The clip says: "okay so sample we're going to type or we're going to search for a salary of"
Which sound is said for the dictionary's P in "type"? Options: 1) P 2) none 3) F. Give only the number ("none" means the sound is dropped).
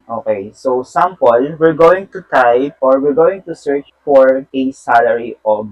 2